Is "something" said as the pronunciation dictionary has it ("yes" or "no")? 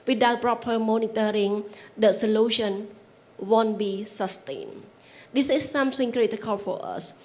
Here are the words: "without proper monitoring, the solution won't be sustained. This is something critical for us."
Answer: no